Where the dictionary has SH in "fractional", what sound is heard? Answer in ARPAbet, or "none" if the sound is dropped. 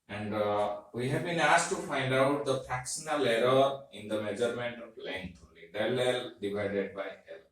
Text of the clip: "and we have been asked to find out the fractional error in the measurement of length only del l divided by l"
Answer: S